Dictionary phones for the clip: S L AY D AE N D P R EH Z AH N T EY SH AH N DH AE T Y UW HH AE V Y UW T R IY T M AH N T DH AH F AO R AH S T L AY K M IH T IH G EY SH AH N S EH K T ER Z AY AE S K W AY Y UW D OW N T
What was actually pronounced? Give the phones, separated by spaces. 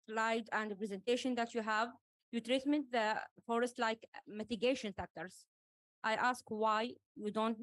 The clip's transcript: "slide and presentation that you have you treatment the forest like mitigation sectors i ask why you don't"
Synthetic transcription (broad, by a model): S L AY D AE N D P R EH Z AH N T EY SH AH N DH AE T Y UW HH AE V Y UW T R IY T M AH N T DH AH F AO R AH S T L AY K M IH T IH G EY SH AH N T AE K T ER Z AY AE S K W AY Y UW D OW N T